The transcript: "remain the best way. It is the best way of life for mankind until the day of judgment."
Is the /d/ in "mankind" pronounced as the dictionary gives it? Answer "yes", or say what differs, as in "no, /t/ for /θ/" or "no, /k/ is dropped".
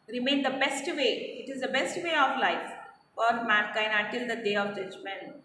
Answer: no, /d/ is dropped